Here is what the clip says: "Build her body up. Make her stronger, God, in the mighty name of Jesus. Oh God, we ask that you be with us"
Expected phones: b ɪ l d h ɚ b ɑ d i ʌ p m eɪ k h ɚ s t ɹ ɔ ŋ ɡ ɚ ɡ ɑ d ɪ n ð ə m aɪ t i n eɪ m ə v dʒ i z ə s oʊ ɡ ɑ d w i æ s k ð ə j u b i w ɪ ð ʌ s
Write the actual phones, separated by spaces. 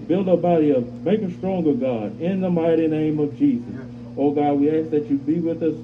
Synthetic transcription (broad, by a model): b ɪ l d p b ɑ d i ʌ m eɪ k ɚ s t ɹ ɔ ŋ ɡ ɚ ɡ ɑ d ɪ n ð ə m aɪ t i n eɪ m ə v dʒ i z ə s oʊ ɡ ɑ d w i æ s k ð ə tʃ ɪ b i w ɪ ð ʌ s